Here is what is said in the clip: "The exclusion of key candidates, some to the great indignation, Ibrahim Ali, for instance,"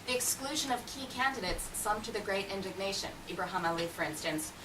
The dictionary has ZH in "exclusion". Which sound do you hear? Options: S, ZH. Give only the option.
ZH